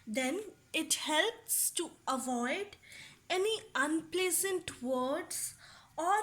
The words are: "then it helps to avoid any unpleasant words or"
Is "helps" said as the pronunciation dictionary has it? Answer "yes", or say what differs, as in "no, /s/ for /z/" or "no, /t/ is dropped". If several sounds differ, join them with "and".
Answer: yes